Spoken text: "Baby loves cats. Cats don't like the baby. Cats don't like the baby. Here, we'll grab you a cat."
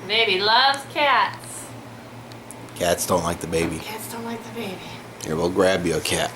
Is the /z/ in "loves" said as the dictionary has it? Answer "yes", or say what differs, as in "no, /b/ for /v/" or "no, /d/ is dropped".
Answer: no, /z/ is dropped